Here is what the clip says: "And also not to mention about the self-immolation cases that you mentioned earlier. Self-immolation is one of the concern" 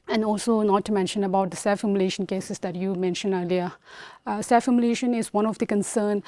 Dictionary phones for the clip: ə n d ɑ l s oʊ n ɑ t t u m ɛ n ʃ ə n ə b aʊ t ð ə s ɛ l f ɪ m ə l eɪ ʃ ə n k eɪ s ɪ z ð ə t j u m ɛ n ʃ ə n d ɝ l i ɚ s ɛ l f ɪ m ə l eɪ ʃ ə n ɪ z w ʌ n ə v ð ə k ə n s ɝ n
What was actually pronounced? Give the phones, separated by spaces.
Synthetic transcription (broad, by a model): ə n ɑ l s oʊ n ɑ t t u m ɛ n ʃ ə n ə b aʊ t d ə s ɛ f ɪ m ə l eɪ ʃ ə n k eɪ s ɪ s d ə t j u m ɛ n ʃ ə n ɝ l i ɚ s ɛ f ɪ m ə l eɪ ʃ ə n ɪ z w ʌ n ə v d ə k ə n s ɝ n